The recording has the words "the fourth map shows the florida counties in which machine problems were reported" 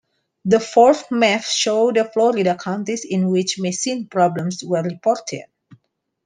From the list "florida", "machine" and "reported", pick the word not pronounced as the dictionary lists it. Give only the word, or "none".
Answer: machine